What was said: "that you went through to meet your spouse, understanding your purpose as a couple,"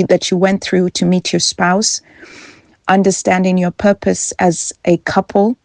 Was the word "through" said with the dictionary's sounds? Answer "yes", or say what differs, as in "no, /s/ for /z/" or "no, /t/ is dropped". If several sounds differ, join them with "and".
yes